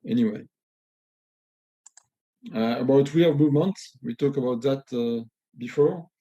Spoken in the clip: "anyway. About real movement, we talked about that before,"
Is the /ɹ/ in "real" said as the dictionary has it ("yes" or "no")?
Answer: no